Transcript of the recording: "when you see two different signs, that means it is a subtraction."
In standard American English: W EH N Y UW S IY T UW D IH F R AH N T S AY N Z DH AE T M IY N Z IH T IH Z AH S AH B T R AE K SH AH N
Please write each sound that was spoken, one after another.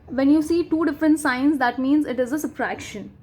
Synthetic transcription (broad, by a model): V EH N Y UW S IY T UW D IH F R AH N T S AY N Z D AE T M IY N Z IH T IH Z AH S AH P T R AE K SH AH N